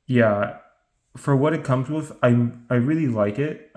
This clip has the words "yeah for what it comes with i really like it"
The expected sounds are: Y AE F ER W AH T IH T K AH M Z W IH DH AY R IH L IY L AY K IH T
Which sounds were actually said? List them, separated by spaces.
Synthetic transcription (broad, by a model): Y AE F ER W AH T IH T K AH M Z W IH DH AY R IH L IY L AY K IH T